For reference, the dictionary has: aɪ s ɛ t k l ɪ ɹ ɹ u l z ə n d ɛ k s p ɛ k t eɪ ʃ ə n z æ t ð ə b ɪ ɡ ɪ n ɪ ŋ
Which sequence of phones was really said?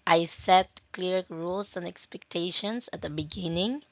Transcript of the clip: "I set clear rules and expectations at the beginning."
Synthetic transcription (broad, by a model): aɪ s ɛ t k l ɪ ɹ ɹ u l s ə n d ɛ k s p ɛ k t eɪ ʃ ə n s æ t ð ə b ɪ ɡ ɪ n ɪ ŋ